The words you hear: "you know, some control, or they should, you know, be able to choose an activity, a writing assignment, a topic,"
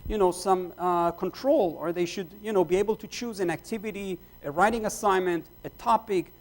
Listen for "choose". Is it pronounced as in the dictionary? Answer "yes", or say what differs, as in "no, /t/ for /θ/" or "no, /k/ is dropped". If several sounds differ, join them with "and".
yes